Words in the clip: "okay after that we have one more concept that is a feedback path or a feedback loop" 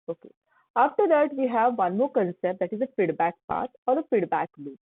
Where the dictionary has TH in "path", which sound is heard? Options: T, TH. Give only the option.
T